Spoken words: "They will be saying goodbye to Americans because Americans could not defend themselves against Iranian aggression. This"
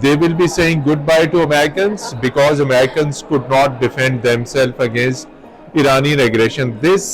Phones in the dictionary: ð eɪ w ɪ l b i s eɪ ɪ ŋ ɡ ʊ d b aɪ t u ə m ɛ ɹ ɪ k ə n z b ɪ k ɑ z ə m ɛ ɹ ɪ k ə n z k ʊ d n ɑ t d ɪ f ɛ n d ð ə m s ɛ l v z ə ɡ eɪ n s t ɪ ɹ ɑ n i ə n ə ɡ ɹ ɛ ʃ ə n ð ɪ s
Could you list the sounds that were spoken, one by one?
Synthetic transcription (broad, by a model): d eɪ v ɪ l b i s eɪ ɪ ŋ ɡ ʊ d b aɪ t u ə m ɛ ɹ ɪ k ə n z b ɪ k ɑ z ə m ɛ ɹ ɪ k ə n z k ʊ d n ɑ t d ɪ f ɛ n d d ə m s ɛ l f ə ɡ eɪ n s t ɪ ɹ ɑ n i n ə ɡ ɹ ɛ ʃ ə n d ɪ s